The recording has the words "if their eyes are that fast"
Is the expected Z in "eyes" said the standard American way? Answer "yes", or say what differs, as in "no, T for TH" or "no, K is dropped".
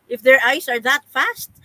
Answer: no, S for Z